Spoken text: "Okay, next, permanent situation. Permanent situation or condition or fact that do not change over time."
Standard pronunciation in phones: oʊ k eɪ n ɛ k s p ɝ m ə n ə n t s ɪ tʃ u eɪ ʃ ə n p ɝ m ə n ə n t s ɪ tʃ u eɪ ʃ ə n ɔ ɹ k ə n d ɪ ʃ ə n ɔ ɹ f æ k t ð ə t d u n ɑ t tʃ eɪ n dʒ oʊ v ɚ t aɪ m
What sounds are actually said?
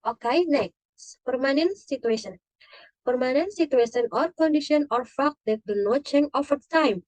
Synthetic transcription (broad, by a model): oʊ k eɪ n ɛ k s p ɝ m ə n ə n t s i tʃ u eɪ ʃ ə n p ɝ m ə n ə n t s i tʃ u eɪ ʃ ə n ɔ ɹ k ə n d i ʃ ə n ɔ ɹ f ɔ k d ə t d u n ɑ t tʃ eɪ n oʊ f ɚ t aɪ m